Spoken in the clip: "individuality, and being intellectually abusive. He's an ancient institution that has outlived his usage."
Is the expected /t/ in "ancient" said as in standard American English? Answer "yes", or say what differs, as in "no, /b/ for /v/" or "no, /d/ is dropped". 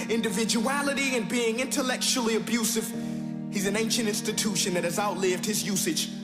yes